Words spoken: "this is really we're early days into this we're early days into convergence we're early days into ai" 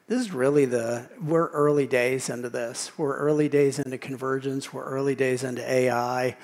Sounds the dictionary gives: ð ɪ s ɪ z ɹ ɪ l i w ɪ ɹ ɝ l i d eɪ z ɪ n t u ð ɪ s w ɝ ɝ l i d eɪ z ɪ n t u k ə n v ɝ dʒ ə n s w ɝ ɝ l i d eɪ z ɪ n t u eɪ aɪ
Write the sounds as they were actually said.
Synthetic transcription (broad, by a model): ð ɪ s ɪ z ɹ ɪ l i w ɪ ɹ ɝ l i d eɪ z ɪ n t u ð ɪ s w ɝ ɝ l i d eɪ z ɪ n t u k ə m v ɝ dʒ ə n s w ɝ ɝ l i d eɪ z ɪ n t u eɪ aɪ